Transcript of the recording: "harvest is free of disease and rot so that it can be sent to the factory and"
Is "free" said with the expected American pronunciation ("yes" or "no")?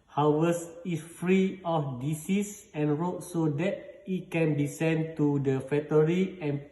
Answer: yes